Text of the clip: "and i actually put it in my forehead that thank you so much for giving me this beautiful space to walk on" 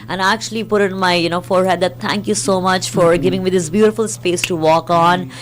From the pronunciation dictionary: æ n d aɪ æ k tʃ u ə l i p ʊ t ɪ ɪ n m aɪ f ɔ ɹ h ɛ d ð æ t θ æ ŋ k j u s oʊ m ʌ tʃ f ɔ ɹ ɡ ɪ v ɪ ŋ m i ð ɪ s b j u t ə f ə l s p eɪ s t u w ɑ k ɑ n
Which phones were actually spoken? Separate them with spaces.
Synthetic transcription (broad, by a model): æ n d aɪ æ k tʃ u ə l i p ʊ t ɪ ɪ n m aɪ f ɔ ɹ h ɛ d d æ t t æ ŋ k j u s oʊ m ʌ tʃ f ɔ ɹ ɡ ɪ v ɪ ŋ m i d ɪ s b j u t ə f ə l s p eɪ s t u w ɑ k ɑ n